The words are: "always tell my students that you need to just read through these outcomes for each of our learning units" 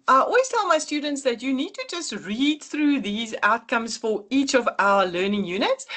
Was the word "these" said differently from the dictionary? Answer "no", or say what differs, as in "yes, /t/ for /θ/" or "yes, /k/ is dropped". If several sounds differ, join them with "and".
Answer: no